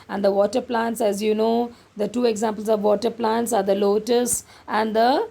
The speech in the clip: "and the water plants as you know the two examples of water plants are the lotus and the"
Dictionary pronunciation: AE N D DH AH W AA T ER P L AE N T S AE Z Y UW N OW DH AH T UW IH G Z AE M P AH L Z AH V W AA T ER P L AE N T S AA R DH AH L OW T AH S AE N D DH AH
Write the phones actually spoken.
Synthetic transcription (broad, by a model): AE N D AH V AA T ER P L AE N T S AE Z Y UW N OW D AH T UW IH G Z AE M P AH L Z AH V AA T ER P L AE N T S AA R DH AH L OW T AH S AE N D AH